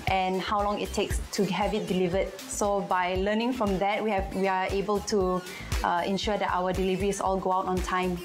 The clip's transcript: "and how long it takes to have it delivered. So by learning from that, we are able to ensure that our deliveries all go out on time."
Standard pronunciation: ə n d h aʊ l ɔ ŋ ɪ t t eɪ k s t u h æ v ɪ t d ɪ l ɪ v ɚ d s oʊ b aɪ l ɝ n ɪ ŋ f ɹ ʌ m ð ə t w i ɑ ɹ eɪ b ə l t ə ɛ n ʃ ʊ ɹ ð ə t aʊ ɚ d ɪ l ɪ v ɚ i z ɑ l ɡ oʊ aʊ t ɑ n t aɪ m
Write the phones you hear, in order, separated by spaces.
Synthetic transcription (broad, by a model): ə n h aʊ l ɔ ŋ ɪ t t eɪ k s t u h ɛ v ɪ t d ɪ l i v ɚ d s oʊ b aɪ l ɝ n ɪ ŋ f ɹ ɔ m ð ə t w i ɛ w eɪ b ə l t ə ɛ n ʃ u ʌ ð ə t aʊ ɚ d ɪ l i v ɚ i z ɑ l ɡ oʊ aʊ t ɑ n t aɪ m